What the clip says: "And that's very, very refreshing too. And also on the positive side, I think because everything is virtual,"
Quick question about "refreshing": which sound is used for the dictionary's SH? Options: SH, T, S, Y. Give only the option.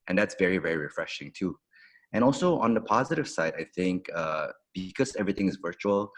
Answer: SH